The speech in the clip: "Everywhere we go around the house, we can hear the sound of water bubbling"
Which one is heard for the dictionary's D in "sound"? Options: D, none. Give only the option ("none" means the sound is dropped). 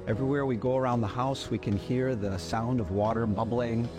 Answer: D